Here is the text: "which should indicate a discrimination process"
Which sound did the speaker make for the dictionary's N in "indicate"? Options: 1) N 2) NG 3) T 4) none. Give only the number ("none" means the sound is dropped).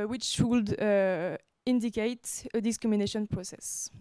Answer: 1